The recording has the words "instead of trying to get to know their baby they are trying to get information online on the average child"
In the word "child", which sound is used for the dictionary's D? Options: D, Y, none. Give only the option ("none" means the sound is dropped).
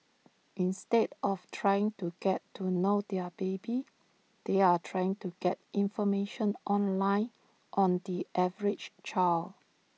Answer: none